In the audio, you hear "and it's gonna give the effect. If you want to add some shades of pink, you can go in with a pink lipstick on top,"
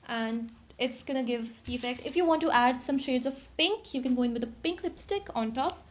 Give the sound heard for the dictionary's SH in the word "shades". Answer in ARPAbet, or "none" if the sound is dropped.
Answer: SH